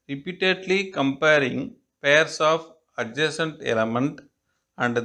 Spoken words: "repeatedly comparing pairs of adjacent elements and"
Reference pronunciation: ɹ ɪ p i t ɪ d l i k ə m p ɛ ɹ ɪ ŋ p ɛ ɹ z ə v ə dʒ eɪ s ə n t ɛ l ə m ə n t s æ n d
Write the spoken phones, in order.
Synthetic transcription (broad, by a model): ɹ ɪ p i t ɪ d l i k ə m p ɛ ɹ ɪ ŋ p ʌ ɹ s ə f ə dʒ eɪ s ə n t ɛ l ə m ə n t æ n d